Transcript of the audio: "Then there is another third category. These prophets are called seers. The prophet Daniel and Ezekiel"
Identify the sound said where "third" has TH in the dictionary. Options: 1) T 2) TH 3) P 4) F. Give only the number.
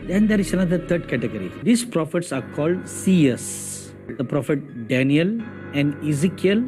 1